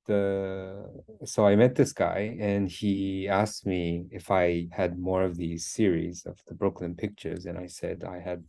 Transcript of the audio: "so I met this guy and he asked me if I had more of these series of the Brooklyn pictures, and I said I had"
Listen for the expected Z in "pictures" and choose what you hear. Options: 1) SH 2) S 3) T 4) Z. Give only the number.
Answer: 4